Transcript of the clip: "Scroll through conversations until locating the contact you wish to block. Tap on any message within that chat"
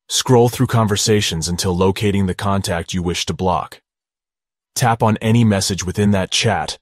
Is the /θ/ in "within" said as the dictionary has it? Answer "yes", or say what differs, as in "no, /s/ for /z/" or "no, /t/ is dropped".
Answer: yes